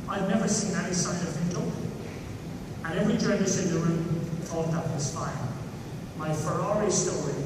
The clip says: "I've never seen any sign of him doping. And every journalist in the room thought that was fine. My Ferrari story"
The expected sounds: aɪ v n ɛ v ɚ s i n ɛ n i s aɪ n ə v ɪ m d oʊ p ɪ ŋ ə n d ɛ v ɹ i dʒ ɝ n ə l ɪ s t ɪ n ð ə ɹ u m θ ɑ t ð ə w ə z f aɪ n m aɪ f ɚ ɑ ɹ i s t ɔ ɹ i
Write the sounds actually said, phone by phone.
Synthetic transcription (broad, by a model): aɪ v n ɛ v ɚ s i n ɛ n i s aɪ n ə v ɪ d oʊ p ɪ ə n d ɛ v ɹ i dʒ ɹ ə n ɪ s ɪ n ð ə ɹ u m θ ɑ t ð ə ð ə s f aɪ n m aɪ f ɚ ɑ ɹ i s t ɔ ɹ i